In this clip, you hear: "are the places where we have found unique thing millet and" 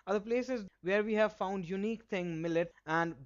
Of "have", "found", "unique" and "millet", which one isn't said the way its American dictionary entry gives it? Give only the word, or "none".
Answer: none